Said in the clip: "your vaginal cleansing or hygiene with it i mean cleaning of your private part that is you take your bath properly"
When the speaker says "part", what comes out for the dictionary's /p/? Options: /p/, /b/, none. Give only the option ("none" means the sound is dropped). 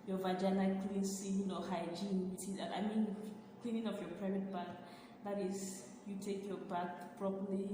/b/